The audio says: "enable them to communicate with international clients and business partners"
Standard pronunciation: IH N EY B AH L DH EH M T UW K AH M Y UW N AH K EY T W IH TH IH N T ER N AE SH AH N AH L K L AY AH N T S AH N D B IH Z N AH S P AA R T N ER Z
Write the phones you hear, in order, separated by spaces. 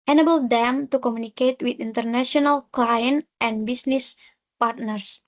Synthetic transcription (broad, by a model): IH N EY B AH L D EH M T UW K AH M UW N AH K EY T W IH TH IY N T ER N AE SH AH N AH L K L AY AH N T AH N B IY S N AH S P AA R T N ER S